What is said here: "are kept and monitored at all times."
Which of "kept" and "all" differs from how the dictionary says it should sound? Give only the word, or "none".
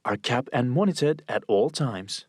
kept